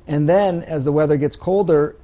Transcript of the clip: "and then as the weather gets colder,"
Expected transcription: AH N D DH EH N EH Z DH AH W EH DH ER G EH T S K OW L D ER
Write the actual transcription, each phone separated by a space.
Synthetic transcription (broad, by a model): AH N DH EH N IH Z DH AH W EH DH ER G EH T S K OW L D ER